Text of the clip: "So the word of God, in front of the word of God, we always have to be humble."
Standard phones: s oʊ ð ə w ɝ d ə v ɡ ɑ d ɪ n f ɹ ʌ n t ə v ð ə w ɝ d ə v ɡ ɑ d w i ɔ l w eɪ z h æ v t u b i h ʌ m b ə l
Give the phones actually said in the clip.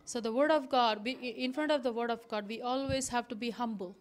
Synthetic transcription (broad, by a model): s oʊ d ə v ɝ d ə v ɡ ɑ d ɪ n f ɹ ʌ n t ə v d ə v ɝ d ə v ɡ ɑ d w i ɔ l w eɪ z h æ v t u b i h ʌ m b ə l